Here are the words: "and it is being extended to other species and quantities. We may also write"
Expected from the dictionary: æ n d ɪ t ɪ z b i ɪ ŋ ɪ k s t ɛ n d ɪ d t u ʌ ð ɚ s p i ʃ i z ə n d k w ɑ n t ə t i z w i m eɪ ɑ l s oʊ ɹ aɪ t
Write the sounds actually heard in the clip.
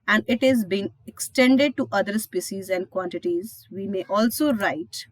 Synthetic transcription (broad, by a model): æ n d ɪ t ɪ z b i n ɪ k s t ɛ n d ɪ d t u ʌ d ɚ s p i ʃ i z ə n d k w ɑ n t ə t i z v i m eɪ ɑ l s oʊ ɹ aɪ t